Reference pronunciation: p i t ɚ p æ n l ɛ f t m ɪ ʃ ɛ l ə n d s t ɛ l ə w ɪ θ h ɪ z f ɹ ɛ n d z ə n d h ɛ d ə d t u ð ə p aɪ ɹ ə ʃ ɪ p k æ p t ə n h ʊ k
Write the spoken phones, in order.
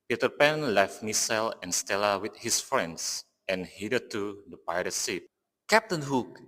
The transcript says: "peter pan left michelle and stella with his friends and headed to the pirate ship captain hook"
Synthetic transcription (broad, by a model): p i t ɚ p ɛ n l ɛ f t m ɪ s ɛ l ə n s t ɛ l ə w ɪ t h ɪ s f ɹ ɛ n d s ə n h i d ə t u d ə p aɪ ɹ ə s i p k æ p t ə n h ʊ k